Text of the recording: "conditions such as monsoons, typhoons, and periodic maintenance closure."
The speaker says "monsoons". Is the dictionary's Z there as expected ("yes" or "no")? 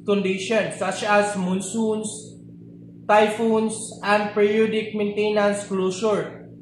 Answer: no